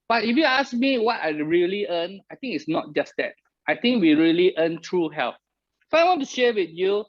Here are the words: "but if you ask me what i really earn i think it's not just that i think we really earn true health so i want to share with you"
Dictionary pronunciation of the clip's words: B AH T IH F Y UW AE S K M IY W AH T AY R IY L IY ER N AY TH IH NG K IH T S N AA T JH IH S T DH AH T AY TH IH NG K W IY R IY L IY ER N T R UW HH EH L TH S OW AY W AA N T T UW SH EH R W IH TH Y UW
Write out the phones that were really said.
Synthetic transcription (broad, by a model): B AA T IH F Y UW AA S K M IY W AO T AY R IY L IY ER N AY T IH NG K IH T S N AA T JH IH S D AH T AY T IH NG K W IY R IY L IY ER N T R UW HH EH L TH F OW AY W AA N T T UW SH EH W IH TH Y UW